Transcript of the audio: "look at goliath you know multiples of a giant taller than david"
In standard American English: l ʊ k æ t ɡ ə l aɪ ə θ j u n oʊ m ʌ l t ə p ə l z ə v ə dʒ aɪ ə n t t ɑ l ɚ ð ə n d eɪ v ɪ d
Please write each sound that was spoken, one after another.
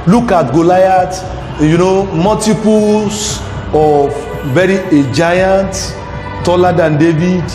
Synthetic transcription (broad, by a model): l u k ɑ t ɡ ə l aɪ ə t j u n oʊ m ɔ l t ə p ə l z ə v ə dʒ aɪ ə n t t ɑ l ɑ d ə n d eɪ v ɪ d